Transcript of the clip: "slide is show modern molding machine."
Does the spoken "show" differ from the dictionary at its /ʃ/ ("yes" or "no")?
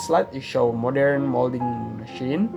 no